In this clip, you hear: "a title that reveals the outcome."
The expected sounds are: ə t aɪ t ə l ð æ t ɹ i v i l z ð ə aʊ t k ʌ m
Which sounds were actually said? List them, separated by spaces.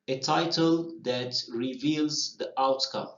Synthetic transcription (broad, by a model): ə t aɪ t ə l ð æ t ɹ i v i l z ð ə aʊ t k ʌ m